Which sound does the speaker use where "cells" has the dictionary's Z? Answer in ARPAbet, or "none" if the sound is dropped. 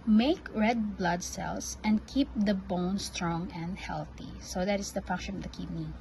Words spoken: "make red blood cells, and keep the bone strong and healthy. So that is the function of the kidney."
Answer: S